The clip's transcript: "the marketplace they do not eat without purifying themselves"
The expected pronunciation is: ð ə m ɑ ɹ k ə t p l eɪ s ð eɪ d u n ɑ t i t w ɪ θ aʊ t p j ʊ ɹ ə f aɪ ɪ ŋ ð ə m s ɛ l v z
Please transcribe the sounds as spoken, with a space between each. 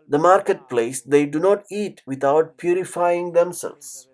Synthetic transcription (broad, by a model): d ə m ɑ ɹ k ə t p l eɪ s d eɪ d u n ɑ t i t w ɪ t aʊ t p j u ɹ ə f aɪ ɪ ŋ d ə m s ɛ l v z